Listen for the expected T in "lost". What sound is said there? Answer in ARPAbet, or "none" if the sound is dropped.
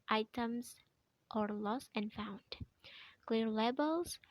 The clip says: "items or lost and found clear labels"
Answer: none